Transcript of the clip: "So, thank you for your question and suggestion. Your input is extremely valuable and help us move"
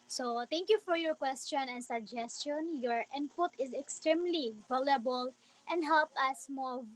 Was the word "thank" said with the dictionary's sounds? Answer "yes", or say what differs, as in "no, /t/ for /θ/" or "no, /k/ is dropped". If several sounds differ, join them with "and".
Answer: no, /t/ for /θ/